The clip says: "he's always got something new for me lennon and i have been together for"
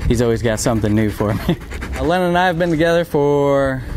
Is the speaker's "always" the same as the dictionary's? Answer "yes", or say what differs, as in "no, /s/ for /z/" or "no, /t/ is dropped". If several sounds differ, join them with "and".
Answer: yes